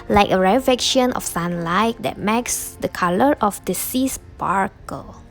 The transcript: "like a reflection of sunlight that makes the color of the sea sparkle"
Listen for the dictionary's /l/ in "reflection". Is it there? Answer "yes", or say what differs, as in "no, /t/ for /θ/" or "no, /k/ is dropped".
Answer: no, /l/ is dropped